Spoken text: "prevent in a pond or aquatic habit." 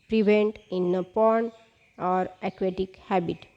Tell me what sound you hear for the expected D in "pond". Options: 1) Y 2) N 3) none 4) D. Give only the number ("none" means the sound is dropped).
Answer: 3